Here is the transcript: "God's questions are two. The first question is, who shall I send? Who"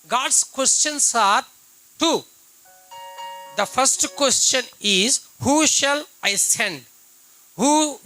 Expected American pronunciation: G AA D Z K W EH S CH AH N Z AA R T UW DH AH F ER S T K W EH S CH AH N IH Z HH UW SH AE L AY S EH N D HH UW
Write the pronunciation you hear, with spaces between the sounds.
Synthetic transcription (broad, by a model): G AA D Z K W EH S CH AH N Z AA R T UW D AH F ER S T K W EH S CH AH N IH Z HH UW SH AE L AY S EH N D HH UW